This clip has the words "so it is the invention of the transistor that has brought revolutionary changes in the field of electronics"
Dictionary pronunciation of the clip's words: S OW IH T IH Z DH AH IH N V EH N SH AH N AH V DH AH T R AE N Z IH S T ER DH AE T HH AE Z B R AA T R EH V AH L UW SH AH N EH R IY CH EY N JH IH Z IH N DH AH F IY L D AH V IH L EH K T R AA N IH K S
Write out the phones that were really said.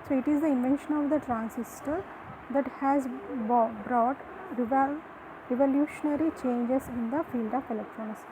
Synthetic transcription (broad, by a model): S OW IH T IH Z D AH IH N V EH N SH AH N AH V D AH T R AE N S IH S T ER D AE T HH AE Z B R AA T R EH V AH L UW SH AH N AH R IY CH EY N JH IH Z IH N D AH F IY L D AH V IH L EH K T R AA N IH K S